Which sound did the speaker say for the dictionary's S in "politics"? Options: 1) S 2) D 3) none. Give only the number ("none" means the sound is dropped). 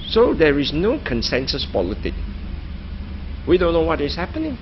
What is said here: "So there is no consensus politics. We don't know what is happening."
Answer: 3